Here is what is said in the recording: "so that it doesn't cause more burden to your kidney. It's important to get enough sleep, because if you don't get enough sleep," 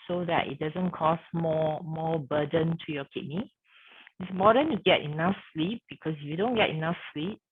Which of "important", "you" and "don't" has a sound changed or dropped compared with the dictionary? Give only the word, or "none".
important